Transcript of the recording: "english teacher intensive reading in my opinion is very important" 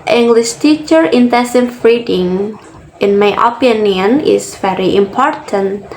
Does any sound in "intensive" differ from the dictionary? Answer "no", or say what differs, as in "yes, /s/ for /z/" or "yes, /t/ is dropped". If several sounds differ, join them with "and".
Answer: yes, /n/ is dropped and /f/ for /v/